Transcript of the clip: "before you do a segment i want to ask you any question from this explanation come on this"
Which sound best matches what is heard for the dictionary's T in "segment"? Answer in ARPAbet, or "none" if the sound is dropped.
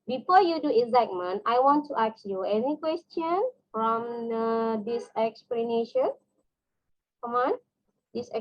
none